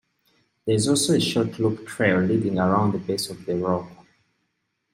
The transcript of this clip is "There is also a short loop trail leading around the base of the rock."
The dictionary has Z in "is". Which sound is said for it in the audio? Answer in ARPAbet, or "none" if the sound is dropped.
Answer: Z